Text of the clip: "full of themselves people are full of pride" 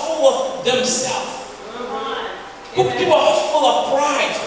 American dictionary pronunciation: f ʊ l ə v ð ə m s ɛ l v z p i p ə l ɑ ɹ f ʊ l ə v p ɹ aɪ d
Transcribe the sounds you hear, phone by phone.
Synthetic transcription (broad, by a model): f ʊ l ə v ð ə m s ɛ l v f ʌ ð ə w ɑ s f ʊ l ə v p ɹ aɪ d